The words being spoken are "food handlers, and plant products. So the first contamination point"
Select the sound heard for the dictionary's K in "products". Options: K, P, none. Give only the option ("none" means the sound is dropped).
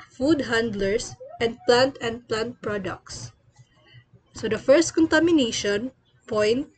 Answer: K